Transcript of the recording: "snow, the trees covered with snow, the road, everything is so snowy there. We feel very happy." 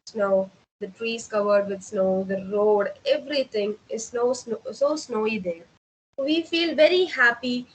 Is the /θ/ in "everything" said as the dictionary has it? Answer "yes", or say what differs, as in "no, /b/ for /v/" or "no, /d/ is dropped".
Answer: no, /t/ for /θ/